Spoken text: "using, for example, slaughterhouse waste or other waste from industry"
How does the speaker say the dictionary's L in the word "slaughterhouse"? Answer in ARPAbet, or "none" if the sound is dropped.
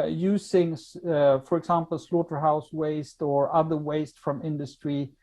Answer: L